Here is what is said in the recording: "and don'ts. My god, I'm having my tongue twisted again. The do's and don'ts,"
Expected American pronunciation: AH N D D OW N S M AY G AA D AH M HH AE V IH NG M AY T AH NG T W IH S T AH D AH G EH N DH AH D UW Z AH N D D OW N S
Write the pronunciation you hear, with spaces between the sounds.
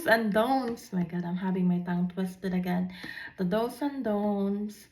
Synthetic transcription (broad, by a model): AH N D D OW N S M AY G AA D AH M HH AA B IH NG M AY T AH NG T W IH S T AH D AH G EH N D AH D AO S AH N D D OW N S